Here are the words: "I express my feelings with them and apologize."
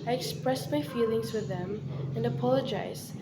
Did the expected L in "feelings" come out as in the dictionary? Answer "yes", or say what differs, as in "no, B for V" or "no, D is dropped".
yes